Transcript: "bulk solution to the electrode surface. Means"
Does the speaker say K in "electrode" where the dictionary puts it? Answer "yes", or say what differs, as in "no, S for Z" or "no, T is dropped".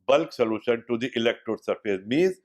yes